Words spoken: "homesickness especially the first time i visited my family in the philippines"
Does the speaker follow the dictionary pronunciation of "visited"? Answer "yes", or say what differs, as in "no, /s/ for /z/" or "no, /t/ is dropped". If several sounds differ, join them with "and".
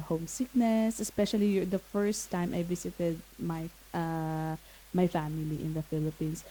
no, /s/ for /z/